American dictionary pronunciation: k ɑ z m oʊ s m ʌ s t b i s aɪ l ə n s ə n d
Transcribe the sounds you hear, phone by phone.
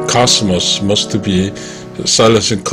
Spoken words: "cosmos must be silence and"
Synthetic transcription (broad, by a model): k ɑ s m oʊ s m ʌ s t b i s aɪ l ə s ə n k